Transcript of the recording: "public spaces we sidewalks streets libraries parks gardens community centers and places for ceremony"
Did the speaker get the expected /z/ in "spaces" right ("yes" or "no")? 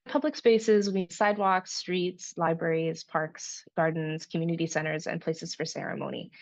yes